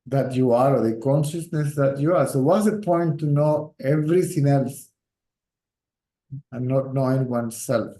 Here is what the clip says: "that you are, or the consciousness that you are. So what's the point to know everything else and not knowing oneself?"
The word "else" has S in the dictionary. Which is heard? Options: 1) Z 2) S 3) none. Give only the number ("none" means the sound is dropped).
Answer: 2